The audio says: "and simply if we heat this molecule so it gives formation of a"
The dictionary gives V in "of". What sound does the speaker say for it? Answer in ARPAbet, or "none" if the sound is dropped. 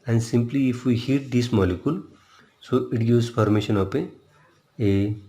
P